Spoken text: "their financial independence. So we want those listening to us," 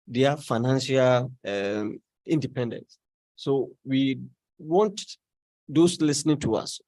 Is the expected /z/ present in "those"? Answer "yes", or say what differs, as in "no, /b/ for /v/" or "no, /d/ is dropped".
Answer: no, /s/ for /z/